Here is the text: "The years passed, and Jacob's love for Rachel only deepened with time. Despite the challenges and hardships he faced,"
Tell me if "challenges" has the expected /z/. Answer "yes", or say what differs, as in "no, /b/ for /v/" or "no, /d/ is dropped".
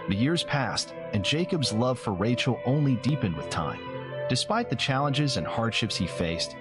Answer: yes